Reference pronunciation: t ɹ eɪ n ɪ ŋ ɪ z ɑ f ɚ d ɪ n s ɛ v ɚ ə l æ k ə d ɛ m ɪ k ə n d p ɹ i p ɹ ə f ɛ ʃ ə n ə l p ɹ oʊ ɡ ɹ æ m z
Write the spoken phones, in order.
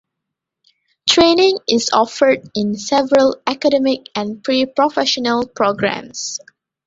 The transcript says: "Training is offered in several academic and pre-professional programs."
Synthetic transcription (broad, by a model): t ɹ eɪ n ɪ ŋ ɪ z ɑ f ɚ d ɪ n s ɛ v ɚ ə l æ k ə d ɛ m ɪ k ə n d p ɹ i p ɹ ə f ɛ ʃ ə n ə l p ɹ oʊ ɡ ɹ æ m s